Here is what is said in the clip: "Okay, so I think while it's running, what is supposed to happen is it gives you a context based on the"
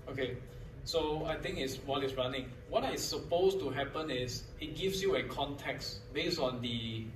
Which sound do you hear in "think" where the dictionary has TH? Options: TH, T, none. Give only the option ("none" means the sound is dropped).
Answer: T